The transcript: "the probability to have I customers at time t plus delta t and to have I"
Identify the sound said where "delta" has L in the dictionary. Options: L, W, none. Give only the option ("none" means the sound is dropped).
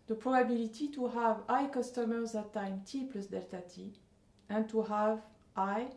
L